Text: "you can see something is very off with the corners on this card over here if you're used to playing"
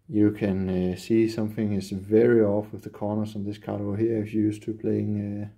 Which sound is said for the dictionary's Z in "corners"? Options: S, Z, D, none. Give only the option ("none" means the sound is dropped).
S